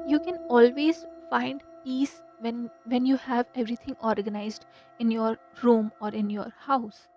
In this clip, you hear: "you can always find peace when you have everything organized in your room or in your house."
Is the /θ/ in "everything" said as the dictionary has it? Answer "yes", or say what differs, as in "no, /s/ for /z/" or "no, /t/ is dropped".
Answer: no, /t/ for /θ/